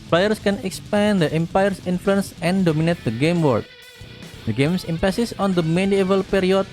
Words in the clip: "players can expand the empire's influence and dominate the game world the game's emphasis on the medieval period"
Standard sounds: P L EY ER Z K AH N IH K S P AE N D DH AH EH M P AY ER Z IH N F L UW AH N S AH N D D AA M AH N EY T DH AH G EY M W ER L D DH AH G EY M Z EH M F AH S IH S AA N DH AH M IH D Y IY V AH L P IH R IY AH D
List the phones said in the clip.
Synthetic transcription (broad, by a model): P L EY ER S K AH N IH K S P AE N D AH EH M P AY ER S IH N F L UW AH N S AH N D D AA M AH N EY T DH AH G EY M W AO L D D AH G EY M S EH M P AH S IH S AA N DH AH M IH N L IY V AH L P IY R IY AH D